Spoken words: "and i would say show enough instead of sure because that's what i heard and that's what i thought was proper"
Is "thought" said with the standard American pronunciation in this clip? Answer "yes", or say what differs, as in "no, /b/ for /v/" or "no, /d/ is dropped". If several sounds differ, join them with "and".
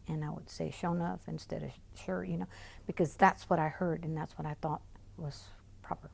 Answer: yes